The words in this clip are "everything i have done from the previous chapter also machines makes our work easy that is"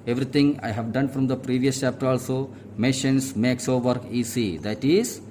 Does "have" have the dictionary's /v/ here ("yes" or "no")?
yes